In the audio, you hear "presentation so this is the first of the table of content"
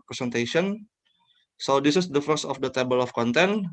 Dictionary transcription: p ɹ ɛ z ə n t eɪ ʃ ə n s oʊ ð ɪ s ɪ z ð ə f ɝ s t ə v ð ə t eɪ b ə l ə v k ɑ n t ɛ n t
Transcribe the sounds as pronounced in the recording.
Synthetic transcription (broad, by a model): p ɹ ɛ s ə n t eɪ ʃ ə n s oʊ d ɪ s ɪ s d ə f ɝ s ə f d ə t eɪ b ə l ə f k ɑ n t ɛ n